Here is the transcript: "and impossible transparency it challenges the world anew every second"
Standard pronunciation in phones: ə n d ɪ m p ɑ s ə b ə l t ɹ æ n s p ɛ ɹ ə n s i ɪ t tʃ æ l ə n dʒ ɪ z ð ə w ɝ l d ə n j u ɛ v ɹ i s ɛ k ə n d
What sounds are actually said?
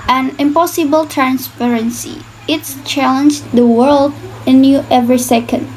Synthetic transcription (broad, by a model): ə n ɪ m p ɑ s ə b ə l t ɹ æ n s p ɛ ɹ ə n s i ɪ t tʃ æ l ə n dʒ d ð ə w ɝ l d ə n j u ɛ v ɹ i s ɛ k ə n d